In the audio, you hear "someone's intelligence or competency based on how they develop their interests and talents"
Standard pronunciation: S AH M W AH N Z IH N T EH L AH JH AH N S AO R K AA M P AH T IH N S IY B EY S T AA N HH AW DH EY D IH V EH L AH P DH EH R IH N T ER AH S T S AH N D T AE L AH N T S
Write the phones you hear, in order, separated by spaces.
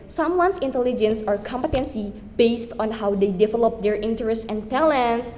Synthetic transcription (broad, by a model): S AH M W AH N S IH N T EH L AH JH AH N S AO R K AA M P AH T IH N S IY B EY S T AA N HH AW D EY D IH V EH L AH P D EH R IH N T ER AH S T AH N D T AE L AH N S